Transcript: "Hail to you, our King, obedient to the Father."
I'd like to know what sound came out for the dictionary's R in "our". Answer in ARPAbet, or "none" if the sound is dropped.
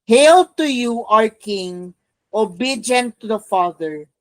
R